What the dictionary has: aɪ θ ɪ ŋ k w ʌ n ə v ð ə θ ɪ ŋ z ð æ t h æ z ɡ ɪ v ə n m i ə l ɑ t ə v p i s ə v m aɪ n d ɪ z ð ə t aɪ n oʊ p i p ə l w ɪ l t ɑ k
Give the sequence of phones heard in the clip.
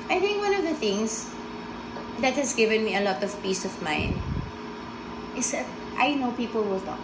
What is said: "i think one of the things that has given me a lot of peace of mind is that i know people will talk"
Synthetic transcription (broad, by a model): aɪ θ ɪ ŋ k w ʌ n ə v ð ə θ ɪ ŋ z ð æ t h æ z ɡ ɪ v ə n m i ə l ɑ t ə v p i s ə v m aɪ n ɪ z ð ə t aɪ n oʊ p i p ə l w ɪ l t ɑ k